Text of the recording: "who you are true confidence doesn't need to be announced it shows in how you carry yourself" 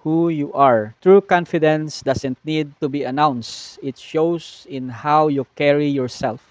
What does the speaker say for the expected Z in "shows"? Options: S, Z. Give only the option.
S